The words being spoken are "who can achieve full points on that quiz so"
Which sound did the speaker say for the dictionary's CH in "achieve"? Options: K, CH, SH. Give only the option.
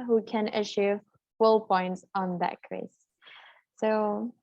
SH